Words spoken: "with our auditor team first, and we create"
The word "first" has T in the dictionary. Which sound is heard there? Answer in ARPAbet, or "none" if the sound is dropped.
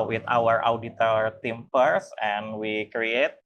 none